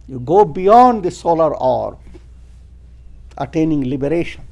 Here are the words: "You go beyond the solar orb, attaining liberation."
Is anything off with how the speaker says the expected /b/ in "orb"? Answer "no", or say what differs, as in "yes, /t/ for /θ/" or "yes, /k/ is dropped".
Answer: yes, /b/ is dropped